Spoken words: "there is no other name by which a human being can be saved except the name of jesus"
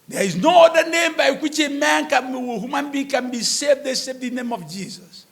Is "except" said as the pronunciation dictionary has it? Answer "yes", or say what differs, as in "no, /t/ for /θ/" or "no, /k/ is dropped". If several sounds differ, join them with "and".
no, /k/ is dropped